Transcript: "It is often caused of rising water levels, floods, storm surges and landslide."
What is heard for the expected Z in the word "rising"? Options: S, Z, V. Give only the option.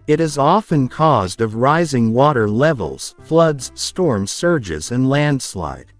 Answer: Z